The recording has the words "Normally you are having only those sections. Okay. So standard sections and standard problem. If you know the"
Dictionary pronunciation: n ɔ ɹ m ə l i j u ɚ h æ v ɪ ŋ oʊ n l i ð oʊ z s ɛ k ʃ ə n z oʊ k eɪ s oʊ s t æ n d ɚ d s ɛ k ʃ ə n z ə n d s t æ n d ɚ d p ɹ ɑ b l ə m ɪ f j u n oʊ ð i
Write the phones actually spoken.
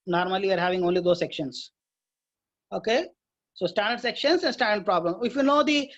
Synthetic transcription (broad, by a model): n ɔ ɹ m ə l i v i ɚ h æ v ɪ ŋ oʊ n l i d oʊ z s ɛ k ʃ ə n s oʊ k eɪ s oʊ s t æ n d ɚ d s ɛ k ʃ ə n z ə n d s t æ n d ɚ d p ɹ ɑ b l ə m ɪ f j u n oʊ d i